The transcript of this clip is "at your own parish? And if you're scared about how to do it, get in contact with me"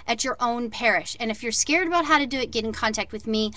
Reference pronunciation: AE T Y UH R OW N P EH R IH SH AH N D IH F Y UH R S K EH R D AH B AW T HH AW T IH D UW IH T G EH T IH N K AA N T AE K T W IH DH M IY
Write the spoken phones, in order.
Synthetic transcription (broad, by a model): T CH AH R OW N P EH R IH SH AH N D IH F Y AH R S K EH R D AH B AW T HH AW T IH D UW IH T G EH T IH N K AA N T AE K T W IH DH M IY